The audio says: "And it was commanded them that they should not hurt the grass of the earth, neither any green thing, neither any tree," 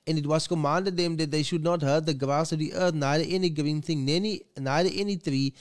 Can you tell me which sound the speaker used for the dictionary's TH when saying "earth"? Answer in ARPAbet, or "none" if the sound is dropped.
T